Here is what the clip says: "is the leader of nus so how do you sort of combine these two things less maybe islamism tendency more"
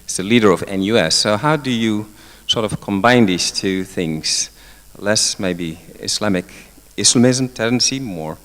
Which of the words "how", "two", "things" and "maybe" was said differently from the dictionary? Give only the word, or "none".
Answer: none